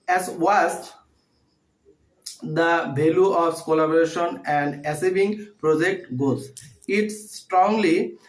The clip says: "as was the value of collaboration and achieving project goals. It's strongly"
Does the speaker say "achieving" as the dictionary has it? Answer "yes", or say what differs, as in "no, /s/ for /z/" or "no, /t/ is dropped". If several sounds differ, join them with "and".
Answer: no, /s/ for /tʃ/ and /b/ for /v/